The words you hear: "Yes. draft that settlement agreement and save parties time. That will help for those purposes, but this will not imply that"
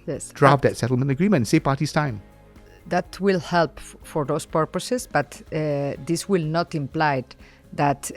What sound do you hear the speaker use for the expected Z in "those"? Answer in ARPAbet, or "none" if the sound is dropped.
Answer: S